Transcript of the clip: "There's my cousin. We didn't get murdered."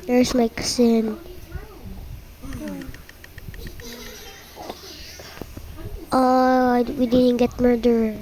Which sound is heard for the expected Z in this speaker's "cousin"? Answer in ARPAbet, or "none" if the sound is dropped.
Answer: S